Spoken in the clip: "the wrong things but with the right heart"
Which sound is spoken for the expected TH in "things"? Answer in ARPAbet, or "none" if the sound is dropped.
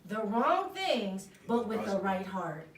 TH